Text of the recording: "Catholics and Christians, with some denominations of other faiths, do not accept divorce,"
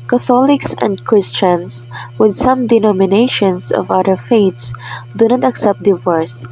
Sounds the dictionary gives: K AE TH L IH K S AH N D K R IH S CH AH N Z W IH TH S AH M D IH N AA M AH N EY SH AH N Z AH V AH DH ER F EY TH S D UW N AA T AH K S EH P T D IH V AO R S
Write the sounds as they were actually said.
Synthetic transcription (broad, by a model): K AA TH L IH K S AH N D K R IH S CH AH N S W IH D S AH M D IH N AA M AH N EY SH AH N S AH V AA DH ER F EY T S D UW N AA T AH K S EH P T D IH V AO R S